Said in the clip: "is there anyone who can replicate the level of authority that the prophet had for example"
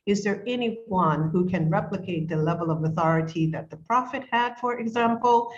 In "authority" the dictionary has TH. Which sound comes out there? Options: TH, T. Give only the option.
TH